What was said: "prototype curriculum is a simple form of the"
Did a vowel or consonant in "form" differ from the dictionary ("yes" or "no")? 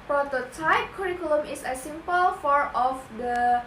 yes